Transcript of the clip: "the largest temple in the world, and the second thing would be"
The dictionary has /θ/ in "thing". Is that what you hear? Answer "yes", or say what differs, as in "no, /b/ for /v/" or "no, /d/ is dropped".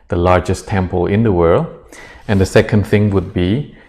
yes